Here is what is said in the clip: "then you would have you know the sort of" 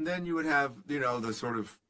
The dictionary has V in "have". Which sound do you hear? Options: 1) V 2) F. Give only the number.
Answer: 1